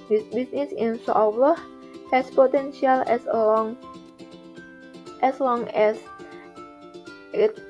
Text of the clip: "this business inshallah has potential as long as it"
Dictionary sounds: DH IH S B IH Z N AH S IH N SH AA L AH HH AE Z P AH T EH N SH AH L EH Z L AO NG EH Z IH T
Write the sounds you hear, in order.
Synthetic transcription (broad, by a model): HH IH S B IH S N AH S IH N S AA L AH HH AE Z P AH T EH N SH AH L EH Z L AO NG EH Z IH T